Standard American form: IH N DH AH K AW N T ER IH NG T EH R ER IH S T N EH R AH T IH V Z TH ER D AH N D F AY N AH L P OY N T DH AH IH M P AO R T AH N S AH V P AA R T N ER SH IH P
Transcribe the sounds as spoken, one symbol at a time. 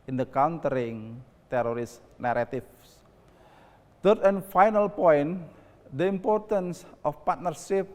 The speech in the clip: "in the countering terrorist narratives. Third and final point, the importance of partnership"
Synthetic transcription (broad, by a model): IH N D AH K AW N T ER IH NG T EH R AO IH S N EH R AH T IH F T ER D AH N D F AY N AH L P OY N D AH IH M P AO R T AH N S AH F P AA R T N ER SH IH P